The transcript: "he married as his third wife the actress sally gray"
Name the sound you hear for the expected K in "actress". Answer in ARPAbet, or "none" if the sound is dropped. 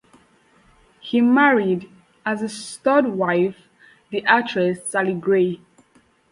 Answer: none